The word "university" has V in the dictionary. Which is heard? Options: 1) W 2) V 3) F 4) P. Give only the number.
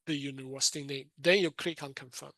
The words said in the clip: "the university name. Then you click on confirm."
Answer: 1